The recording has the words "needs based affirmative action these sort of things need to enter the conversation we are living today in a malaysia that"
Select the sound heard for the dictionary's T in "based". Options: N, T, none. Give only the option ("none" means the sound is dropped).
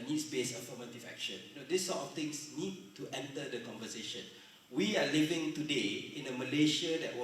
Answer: none